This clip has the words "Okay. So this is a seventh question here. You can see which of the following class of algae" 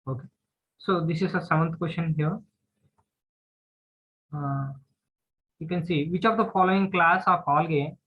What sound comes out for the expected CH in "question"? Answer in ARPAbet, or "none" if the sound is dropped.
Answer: SH